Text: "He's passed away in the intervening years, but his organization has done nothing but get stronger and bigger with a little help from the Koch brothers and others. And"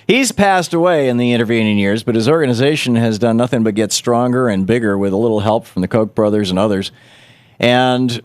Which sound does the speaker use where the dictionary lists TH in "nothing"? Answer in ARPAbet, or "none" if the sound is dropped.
TH